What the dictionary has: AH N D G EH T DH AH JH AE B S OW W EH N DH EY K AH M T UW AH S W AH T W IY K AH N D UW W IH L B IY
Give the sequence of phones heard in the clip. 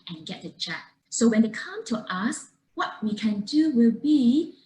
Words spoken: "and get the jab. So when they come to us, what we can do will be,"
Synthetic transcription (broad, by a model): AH N G EH T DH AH CH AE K S OW W EH N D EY K AH M T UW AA S W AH T W IY K AH N D UW W IH L B IY